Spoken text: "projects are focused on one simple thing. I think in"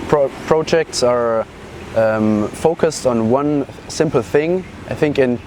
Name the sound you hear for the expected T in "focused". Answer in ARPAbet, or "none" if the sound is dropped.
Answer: T